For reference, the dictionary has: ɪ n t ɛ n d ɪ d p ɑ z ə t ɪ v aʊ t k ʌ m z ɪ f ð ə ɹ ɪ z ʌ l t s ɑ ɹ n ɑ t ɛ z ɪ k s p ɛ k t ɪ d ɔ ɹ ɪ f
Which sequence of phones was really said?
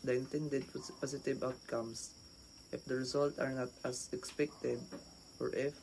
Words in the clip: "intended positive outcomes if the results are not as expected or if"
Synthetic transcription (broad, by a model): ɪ n t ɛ n d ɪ d p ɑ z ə t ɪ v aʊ t k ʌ m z ɪ f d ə ɹ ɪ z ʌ l t ɑ ɹ n ɑ t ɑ s ɪ k s p ɛ k t ɪ d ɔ ɹ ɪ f